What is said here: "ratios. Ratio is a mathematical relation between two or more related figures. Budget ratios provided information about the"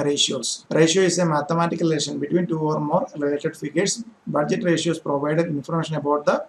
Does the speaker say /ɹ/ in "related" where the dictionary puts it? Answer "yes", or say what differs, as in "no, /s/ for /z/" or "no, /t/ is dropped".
no, /l/ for /ɹ/